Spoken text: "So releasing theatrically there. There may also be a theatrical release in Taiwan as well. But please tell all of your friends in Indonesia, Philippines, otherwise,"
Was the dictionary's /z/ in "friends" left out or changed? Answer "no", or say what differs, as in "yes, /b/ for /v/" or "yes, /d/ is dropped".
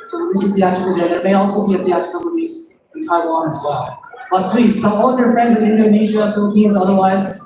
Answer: no